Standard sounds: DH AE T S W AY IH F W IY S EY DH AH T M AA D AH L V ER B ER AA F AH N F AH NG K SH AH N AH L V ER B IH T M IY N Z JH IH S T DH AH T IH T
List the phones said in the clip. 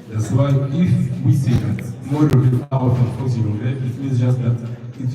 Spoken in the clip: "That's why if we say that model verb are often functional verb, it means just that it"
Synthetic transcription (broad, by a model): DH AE T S W AY IH F W IY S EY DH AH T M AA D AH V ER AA AH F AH K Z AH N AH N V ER IH T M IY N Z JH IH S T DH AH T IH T